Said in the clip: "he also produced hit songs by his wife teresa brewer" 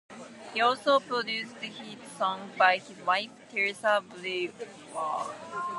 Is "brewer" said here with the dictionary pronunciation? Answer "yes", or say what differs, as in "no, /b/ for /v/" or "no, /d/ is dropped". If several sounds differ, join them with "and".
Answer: no, /l/ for /ɹ/